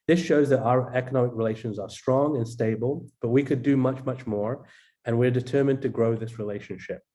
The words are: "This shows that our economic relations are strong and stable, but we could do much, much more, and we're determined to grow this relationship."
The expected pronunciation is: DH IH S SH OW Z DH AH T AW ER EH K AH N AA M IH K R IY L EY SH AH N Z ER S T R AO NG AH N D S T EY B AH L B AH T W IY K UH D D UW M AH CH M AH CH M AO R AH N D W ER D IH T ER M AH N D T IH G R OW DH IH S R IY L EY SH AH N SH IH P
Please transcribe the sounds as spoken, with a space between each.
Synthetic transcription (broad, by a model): DH IH S SH OW Z DH AH T AW ER EH K AH N AA M IH K R IY L EY SH AH N Z ER S T R AO NG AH N S T EY B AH L B AH T W IY K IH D D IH M AH CH M AH CH M AO R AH N W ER D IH T ER M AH N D T IH G R OW DH IH S R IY L EY SH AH N SH IH P